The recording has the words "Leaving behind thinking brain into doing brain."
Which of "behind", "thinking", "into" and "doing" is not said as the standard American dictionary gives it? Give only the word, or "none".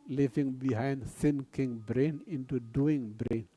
thinking